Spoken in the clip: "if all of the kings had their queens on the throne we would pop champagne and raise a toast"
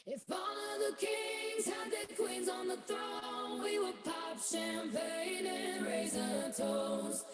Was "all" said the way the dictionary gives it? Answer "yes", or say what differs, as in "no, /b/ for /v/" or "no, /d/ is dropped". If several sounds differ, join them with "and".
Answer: no, /n/ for /l/